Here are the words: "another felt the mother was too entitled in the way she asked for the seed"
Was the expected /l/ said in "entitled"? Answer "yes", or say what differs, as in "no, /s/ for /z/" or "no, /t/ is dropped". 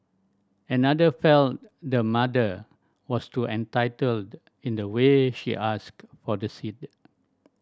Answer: yes